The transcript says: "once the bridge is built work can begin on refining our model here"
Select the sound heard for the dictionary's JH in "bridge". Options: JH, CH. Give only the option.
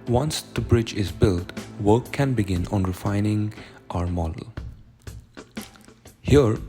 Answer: JH